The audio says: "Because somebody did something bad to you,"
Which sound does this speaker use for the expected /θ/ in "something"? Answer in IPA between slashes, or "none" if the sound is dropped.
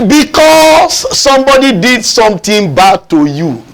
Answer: /t/